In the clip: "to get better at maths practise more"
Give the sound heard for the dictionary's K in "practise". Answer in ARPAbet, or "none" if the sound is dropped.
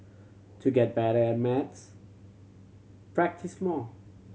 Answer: K